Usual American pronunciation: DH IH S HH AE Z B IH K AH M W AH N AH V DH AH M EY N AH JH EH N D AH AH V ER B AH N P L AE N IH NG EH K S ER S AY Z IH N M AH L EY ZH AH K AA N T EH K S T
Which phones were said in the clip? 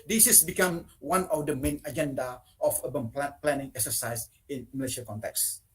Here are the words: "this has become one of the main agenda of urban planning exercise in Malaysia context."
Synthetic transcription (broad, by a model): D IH S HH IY S B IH K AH M W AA N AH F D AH M EY N AH JH EH N D AH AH F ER B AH L P L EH N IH NG EH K S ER S AY S IH N M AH L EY SH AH K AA N T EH K S